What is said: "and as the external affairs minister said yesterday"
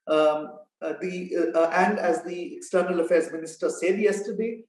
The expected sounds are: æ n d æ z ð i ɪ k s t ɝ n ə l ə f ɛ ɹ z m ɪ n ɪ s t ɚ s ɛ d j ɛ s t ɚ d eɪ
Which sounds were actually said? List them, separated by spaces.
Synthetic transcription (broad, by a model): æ n d æ z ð i ɪ k s t ɝ n ə l ə f ɛ ɹ z m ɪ n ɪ s t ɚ s ɛ d j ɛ s t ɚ d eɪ